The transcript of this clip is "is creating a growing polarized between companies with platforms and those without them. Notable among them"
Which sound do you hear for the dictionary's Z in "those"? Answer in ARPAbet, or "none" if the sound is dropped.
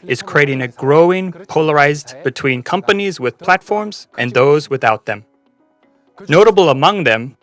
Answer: Z